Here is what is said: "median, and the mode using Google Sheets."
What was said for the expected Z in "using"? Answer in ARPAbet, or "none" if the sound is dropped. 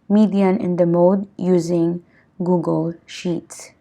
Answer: Z